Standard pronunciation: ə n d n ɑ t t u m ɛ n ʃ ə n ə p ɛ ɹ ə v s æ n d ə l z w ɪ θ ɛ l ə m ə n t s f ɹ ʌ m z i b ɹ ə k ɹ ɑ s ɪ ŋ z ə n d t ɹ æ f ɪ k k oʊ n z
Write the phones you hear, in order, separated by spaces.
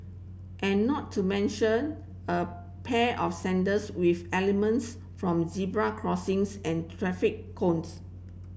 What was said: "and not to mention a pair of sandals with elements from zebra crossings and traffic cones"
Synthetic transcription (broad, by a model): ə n n ɑ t t u m ɛ n ʃ ə n ə p ɛ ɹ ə f s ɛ n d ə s w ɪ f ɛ l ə m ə n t s f ɹ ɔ m z i b ɹ ə k ɹ ɑ s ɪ ŋ s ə n t ɹ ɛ f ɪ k k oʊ n s